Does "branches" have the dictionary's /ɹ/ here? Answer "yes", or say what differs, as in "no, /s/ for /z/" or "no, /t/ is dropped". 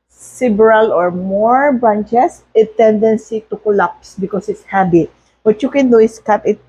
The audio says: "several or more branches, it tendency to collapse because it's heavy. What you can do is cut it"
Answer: no, /ɹ/ is dropped